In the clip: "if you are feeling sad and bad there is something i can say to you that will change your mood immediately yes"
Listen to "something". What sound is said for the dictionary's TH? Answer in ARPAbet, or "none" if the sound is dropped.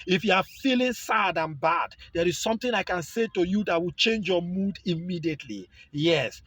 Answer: T